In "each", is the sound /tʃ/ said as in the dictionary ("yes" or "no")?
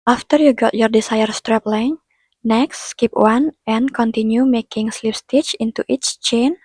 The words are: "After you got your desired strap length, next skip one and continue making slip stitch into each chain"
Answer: yes